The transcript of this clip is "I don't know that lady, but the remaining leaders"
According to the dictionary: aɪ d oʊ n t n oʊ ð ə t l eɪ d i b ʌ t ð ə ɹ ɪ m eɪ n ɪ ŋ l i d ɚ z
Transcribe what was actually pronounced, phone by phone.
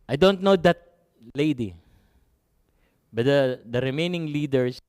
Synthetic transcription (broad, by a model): aɪ d oʊ n t n oʊ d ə t l eɪ d i b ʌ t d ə ɹ ɪ m eɪ n ɪ ŋ l i d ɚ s